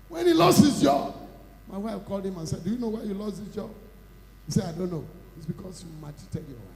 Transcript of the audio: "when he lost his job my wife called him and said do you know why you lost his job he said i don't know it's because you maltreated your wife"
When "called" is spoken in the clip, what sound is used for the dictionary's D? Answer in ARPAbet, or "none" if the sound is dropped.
D